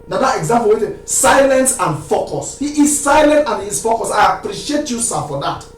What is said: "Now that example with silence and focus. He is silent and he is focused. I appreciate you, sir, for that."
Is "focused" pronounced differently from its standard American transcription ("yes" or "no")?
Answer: yes